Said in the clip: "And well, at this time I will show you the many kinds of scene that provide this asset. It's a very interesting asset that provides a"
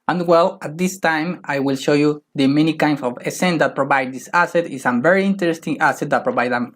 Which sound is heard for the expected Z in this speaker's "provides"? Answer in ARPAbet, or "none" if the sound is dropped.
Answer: none